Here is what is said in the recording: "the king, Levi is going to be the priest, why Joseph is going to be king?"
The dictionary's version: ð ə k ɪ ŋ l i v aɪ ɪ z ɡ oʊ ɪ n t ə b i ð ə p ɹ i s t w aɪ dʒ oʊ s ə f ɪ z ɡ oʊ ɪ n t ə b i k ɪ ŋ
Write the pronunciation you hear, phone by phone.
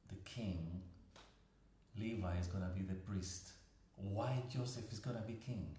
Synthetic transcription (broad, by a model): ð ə k ɪ ŋ l i v aɪ ɪ z ɡ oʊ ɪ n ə b i ð ə p ɹ i s t w aɪ dʒ oʊ s ə f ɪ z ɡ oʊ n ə b i k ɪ ŋ